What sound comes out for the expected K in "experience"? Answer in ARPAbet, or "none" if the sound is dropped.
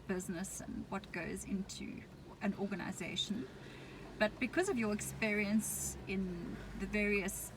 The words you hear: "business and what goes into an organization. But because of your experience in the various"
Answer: K